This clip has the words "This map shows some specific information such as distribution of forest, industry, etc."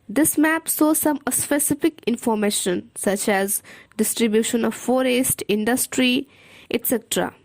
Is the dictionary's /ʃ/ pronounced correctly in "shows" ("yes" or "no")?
no